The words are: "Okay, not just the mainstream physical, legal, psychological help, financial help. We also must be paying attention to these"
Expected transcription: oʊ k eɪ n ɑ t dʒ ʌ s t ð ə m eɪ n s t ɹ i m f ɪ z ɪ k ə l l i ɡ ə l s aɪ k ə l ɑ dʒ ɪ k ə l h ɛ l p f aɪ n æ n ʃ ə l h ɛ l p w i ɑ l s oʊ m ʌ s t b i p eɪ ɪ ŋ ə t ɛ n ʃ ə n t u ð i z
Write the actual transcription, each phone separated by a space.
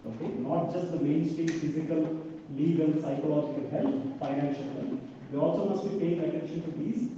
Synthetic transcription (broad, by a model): oʊ k eɪ n ɑ t dʒ ʌ s t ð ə m eɪ n s t i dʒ f ɪ z ɪ k ə l l i ɡ ə l s aɪ k ə l ɑ dʒ ɪ k ə l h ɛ l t f aɪ n æ n ʃ ə l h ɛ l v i ɑ l s oʊ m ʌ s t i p eɪ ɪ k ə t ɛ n ʃ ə n t u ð i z